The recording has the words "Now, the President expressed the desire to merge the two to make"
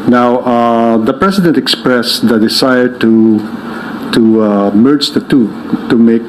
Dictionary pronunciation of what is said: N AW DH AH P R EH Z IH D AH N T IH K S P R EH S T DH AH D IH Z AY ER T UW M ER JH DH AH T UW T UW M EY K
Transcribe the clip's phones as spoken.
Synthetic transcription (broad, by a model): N AW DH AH P R EH S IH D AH N T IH K S P R EH S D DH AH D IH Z AY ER T UW M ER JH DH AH T UW T UW M EY K